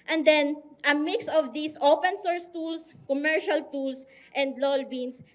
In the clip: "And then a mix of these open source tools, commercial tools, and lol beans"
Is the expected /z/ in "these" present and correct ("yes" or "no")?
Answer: no